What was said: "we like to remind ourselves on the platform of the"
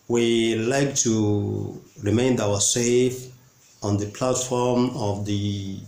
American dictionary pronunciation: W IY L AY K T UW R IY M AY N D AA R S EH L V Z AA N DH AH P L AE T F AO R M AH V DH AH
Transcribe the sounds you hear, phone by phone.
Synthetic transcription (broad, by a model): W IY L AY K T UW R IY M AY N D AA W S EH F AA N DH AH P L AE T F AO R M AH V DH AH